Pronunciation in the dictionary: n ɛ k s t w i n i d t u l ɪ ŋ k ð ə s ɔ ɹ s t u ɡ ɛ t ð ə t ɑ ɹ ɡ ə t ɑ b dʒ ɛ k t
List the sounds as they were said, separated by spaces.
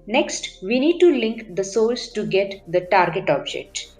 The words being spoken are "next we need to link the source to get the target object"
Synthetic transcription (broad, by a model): n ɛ k s t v i n i d t u l ɪ ŋ k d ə s ɔ l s t u ɡ ɛ t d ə t ɑ ɹ ɡ ə t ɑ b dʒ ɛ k t